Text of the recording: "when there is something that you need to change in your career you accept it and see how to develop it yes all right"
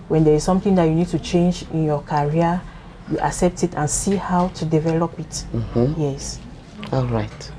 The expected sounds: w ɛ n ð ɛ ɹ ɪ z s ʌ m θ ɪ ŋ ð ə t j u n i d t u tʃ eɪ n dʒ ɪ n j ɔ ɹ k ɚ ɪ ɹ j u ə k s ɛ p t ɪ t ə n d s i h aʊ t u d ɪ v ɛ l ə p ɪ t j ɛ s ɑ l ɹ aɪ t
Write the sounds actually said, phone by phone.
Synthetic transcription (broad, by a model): w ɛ n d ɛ ɹ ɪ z s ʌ m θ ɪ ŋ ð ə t j u n i d t u tʃ eɪ n dʒ ɪ n j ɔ k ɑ ɹ j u ə k s ɛ p t ɪ t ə n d s i h aʊ t u d ɪ v ɛ l ə p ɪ t j ɛ s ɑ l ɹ aɪ t